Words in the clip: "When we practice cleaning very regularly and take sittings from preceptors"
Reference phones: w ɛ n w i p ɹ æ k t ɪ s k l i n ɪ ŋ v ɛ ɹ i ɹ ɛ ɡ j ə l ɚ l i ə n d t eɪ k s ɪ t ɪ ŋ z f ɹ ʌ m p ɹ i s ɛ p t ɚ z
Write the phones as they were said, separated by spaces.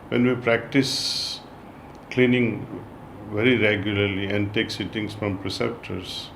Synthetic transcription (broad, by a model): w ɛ n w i p ɹ æ k t ɪ s k l i n ɪ ŋ v ɛ ɹ i ɹ ɛ ɡ j ə l ɚ l i ə n d t eɪ k s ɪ t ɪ ŋ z f ɹ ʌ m p ɹ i s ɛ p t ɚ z